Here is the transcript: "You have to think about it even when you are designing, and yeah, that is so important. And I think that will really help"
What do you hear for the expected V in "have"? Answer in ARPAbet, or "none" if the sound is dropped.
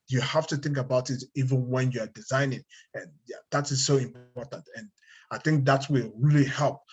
F